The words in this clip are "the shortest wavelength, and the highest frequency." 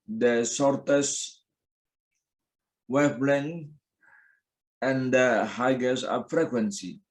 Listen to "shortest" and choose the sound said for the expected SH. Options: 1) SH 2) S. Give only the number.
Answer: 2